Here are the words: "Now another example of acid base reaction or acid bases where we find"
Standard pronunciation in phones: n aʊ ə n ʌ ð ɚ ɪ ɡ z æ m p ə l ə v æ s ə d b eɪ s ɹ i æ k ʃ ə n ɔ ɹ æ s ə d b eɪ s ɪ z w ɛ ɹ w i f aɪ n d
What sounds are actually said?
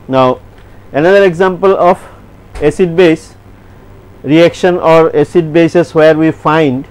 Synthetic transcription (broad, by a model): n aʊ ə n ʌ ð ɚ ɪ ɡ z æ m p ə l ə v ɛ s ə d b eɪ s ɹ i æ k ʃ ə n ɔ ɹ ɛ s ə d b eɪ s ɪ s w ɛ ɹ w i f aɪ n d